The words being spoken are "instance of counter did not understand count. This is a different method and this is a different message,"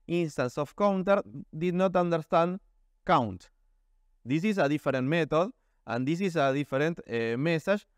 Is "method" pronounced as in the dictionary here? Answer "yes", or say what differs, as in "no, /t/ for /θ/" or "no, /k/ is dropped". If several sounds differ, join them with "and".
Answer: no, /t/ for /θ/